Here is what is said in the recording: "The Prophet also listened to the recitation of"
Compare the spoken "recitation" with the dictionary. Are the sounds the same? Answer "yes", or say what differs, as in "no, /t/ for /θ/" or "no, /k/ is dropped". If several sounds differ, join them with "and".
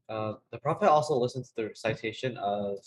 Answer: no, /s/ is dropped